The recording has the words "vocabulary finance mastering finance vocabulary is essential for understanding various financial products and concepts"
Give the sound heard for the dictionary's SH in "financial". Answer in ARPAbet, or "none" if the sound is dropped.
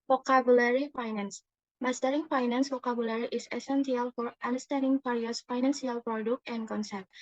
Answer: S